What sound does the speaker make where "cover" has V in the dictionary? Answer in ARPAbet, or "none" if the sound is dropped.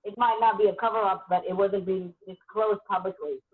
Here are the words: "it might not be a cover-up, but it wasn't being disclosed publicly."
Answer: V